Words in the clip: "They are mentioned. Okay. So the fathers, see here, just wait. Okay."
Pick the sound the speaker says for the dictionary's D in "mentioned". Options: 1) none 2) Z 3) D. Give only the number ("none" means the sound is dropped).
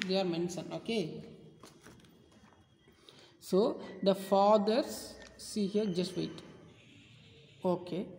1